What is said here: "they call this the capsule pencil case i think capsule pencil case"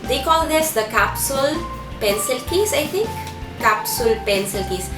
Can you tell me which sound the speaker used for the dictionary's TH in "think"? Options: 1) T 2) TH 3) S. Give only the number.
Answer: 1